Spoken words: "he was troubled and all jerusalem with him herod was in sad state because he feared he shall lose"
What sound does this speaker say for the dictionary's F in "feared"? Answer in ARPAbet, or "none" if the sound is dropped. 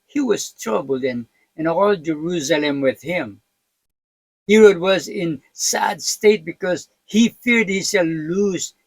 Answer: F